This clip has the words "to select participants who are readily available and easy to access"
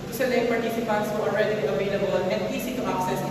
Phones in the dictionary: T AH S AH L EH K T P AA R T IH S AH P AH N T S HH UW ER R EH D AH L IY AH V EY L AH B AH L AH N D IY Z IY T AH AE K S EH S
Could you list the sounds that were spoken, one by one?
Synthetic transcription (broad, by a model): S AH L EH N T P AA R T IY S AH P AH N T S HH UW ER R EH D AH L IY AH V EY L AH B AH L AH N D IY S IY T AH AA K S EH S